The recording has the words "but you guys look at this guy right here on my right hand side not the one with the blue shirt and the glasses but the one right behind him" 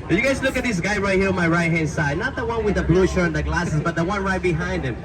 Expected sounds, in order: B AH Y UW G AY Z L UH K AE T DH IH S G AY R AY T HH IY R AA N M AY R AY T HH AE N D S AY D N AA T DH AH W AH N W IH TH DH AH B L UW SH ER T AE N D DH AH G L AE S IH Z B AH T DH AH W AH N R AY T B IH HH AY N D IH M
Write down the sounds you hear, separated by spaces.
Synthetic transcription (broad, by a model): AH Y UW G AY S L UH K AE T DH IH S G AY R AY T HH IY R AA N M AY R AY T HH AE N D S AY D N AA T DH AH W AH N W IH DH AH B L UW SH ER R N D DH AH G L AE S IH S B AH T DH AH W AH N R AY T B IH HH AY N D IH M